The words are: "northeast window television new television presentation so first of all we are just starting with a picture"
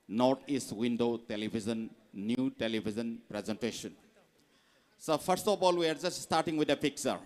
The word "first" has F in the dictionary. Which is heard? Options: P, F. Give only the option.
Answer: P